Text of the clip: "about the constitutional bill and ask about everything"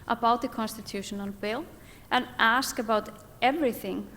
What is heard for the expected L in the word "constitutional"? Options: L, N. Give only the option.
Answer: N